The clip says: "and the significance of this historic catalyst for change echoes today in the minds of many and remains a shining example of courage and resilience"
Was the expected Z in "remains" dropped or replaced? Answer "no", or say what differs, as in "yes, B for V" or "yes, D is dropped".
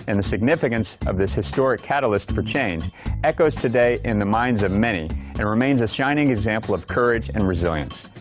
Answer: no